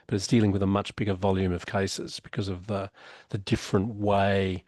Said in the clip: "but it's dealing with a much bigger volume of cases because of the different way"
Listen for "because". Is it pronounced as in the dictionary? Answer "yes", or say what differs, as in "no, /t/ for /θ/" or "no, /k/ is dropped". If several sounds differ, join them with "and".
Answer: yes